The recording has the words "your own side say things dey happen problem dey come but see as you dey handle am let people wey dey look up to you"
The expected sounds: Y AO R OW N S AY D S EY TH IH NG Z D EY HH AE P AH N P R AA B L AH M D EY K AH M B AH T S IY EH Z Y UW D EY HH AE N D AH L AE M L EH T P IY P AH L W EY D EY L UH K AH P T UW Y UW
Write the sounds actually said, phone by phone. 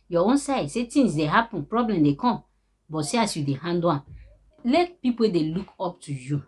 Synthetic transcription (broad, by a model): Y AO OW N S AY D S EY T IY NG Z D EY HH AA P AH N P R AA B L AH M D EY K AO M B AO T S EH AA S Y UW D EY HH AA N D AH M L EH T P IY P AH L D EY L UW K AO P T UW Y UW